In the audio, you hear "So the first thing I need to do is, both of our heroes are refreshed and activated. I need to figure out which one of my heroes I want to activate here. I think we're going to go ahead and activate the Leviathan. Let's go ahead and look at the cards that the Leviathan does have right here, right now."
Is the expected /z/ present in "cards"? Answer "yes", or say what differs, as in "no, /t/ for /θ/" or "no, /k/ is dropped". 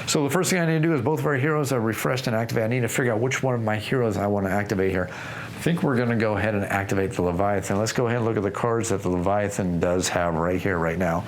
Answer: yes